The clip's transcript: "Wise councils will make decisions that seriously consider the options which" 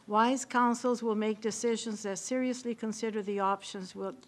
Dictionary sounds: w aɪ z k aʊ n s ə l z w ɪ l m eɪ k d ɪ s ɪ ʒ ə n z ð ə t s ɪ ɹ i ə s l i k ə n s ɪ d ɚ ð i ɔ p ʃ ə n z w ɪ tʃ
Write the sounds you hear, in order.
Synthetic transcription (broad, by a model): w aɪ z k aʊ n s l z w ɪ l m eɪ k d ɪ s ɪ ʒ ə n z ð ə t s ɪ ɹ i ə s l i k ə n s ɪ d ɚ ð i ɔ p ʃ ə n z w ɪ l